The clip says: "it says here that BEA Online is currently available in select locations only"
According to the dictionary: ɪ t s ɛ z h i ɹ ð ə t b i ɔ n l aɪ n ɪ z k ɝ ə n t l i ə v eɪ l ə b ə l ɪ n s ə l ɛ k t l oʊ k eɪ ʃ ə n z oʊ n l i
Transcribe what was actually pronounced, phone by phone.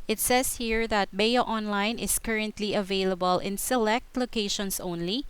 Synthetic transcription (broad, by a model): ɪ t s ɛ s h i ɹ ð ə t b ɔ ɔ n l aɪ n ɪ s k ɝ ə n t l i ə v eɪ l ə b ə l ɪ n s ə l ɛ k t l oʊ k eɪ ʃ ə n s oʊ n l i